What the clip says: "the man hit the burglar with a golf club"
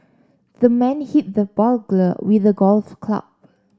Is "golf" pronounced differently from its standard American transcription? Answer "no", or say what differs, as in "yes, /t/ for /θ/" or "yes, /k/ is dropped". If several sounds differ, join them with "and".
no